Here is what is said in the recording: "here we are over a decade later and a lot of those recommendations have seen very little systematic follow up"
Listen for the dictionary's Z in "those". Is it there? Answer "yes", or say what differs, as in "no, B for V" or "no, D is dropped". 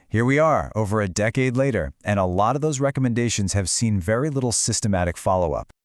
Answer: yes